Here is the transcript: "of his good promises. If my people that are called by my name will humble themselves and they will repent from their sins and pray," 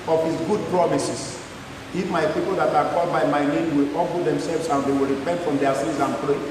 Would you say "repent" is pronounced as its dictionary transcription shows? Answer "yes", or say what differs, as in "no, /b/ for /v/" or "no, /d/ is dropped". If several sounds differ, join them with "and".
yes